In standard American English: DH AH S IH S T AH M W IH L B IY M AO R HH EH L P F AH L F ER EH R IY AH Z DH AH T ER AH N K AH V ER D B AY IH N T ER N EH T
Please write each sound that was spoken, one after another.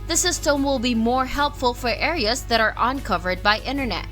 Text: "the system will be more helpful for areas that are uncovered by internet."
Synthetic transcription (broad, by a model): DH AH S IH S T AH M W IH L B IY M AO R HH EH L P F AH L F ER EH R IY AH Z DH AH T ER AH N K AH V ER D B AY IH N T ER N EH T